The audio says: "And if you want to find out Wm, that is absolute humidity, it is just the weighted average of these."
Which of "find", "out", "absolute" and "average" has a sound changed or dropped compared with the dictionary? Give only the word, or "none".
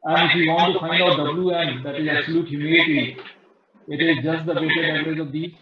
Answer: average